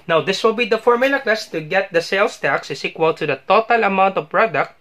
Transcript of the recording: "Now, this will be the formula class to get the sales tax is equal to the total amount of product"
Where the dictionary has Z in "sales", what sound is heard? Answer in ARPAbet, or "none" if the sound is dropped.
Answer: S